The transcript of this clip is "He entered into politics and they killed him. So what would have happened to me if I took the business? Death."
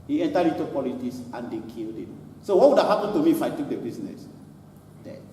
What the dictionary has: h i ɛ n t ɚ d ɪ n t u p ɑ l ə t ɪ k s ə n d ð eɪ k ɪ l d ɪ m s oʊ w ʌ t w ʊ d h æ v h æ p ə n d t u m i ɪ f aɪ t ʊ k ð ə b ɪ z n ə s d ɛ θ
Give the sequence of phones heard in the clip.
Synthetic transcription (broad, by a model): h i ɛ n t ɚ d ɪ n t u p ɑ l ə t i s ə n d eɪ k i l d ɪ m s oʊ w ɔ t w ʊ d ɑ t h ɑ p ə n t u m i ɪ f aɪ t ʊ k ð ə b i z n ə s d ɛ